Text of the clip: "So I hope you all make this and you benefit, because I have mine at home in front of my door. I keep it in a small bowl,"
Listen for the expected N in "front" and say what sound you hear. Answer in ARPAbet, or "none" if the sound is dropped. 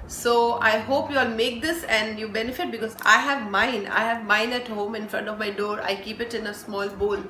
N